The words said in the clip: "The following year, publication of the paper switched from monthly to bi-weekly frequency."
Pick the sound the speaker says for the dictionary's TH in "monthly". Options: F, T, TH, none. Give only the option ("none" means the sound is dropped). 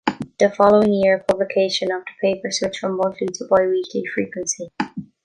T